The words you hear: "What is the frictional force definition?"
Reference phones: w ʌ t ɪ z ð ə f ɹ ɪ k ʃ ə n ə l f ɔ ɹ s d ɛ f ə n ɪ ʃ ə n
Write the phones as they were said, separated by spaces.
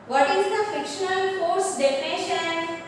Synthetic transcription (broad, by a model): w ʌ t ɪ z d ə f ɪ k ʃ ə n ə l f ɔ ɹ s d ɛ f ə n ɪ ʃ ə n